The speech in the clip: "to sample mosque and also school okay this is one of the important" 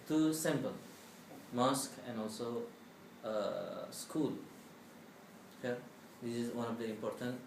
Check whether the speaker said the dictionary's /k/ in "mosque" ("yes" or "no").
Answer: yes